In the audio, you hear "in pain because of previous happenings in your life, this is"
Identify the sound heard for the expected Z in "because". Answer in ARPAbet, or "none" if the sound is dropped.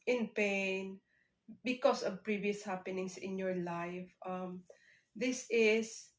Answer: S